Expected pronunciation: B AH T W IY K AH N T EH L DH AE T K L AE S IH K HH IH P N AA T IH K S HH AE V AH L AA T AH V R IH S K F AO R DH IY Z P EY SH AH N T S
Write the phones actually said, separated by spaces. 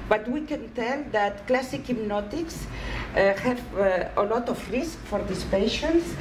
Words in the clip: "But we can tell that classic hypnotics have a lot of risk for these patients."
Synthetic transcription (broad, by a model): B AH T W IY K AH N T EH L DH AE T K L AE S IH K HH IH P N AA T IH K S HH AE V AH L AA T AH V R IH S K F AO R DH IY S P EY SH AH N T S